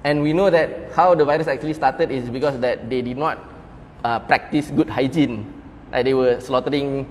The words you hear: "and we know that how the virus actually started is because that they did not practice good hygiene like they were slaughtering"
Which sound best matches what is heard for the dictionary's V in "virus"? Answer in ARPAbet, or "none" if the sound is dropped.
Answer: V